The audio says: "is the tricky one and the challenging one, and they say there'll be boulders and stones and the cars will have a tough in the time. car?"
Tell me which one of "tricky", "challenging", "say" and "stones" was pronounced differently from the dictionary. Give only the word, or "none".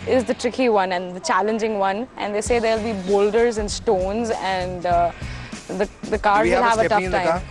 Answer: none